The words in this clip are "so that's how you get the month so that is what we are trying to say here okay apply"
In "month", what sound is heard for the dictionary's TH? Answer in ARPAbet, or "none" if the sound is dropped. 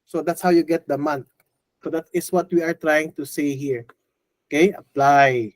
T